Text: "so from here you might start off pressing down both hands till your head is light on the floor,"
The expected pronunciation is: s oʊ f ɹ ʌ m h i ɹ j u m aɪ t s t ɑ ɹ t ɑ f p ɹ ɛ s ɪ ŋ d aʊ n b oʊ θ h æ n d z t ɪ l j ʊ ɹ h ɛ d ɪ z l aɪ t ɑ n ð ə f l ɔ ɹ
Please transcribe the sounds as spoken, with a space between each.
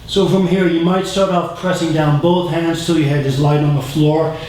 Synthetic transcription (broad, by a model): s oʊ f ɹ ʌ m h i ɹ j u m aɪ t s t ɑ ɹ t ɑ f p ɹ ɛ s ɪ ŋ d aʊ n b oʊ θ h æ n d z t ɪ l j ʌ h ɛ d ɪ z l aɪ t n ð ə f l ɔ ɹ